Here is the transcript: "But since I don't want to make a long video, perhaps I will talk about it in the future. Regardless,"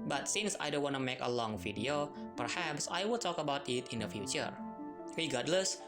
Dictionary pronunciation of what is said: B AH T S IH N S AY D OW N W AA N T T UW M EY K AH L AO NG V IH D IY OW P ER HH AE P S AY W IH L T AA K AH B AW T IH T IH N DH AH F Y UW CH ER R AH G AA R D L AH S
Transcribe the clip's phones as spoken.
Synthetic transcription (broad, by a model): B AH T S IH N S AY D OW N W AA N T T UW M EY K AH L AO NG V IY D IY OW P ER HH AE P S AY W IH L T AA K AH B AW T IH T IH N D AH F Y UW CH ER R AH G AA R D L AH S